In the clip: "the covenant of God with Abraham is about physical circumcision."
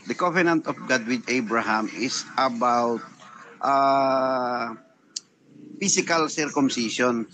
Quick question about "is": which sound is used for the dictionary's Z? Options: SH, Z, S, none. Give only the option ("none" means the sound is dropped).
S